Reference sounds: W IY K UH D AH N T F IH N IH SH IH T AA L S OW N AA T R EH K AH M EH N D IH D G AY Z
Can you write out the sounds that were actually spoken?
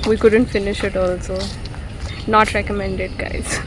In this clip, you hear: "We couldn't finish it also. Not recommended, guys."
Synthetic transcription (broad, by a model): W IY K UH D AH N T F IH N IH SH IH T AA L S OW N AA T R EH K AH M EH N D IH D G AY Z